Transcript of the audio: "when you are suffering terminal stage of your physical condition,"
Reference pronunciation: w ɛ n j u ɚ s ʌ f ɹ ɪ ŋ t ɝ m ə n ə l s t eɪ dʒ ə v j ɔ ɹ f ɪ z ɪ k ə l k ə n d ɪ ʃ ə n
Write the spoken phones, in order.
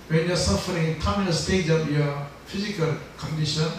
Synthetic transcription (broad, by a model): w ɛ n j u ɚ s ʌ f ɹ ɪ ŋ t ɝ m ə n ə s t eɪ dʒ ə p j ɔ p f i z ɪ k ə l k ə n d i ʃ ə n